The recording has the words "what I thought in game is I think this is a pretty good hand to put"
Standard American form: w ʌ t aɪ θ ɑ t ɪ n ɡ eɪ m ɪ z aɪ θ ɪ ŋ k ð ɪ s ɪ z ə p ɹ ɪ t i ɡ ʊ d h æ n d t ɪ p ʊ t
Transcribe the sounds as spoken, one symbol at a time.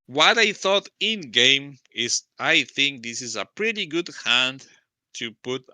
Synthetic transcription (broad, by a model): w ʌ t aɪ θ ɑ t ɪ n ɡ eɪ m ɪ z aɪ θ ɪ ŋ k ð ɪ s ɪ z ə p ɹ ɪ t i ɡ ʊ d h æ n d t ɪ p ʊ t